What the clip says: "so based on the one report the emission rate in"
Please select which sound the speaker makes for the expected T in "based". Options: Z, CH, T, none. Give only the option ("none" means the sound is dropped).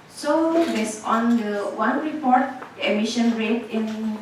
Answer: none